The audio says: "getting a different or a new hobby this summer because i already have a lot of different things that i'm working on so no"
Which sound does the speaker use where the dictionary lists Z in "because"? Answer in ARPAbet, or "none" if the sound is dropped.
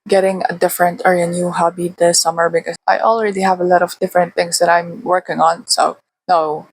none